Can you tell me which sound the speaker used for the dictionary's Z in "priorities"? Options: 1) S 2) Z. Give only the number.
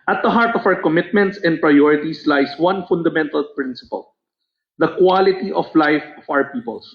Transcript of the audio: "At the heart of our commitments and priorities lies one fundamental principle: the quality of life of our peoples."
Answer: 1